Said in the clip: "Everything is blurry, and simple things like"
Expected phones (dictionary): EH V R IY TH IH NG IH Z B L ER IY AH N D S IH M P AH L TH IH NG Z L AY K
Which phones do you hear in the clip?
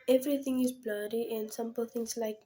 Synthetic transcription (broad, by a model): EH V R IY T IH NG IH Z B L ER IY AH N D S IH M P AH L T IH NG S L AY K